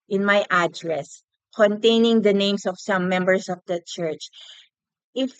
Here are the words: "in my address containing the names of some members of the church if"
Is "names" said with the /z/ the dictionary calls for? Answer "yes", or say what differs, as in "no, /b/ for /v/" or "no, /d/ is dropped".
no, /s/ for /z/